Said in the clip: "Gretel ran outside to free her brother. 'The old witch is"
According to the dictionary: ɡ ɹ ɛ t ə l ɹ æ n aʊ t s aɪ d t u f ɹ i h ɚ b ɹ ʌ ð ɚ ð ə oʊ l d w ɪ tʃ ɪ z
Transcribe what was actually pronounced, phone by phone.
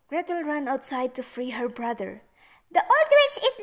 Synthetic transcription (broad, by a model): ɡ ɹ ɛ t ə l ɹ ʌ n aʊ t s aɪ d t u f ɹ i h ɚ b ɹ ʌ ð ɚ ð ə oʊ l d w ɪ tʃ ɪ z